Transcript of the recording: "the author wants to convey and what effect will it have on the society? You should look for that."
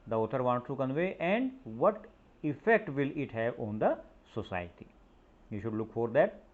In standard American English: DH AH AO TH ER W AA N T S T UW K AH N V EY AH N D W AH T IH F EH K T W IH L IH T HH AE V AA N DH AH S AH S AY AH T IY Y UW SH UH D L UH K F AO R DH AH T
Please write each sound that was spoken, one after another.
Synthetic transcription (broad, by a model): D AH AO T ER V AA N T T UW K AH N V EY AH N D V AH T IH F EH K T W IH L IH T HH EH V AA N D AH S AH S AY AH T IY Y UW SH UH D L UH K F AO R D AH T